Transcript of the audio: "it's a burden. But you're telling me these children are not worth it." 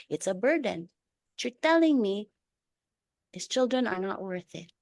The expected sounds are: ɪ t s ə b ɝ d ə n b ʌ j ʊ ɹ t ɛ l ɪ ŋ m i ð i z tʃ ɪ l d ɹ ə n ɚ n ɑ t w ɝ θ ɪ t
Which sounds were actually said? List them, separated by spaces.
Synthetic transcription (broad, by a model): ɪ t s ə b ɝ d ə n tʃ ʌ ɹ t ɛ l ɪ ŋ m i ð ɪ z tʃ ɪ l d ɹ ə n ɚ n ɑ t w ɝ θ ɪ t